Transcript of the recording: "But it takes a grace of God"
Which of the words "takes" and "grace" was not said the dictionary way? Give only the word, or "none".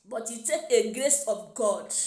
takes